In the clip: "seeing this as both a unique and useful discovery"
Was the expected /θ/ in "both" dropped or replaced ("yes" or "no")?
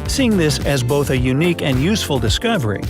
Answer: no